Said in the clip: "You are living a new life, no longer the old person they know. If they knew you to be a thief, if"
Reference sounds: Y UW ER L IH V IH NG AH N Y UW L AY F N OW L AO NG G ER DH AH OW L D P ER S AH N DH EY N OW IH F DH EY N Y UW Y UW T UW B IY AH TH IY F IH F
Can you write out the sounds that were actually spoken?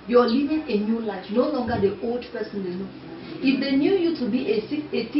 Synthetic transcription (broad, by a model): Y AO L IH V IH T AH N Y UW L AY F N OW L AO NG G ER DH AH OW L D P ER S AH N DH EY N OW IH F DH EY N Y UW Y UW T UW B IY AH S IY IH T